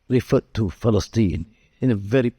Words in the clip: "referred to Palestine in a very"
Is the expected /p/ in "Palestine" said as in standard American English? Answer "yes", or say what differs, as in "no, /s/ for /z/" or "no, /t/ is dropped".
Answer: no, /f/ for /p/